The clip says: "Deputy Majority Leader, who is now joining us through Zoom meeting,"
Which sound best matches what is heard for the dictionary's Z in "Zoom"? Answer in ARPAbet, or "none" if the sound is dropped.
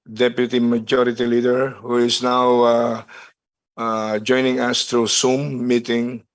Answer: S